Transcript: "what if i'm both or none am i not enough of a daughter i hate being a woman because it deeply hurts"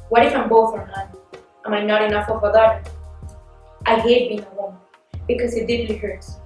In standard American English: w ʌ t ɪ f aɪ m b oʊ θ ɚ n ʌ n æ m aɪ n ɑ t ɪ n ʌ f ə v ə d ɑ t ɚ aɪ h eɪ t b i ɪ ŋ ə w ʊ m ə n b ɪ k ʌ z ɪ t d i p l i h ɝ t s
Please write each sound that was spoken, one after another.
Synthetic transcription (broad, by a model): w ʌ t ɪ f aɪ m b oʊ θ ɚ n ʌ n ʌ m aɪ n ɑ t ɪ n ʌ f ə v ə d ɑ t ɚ aɪ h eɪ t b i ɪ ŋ ə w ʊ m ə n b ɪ k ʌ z ɪ t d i l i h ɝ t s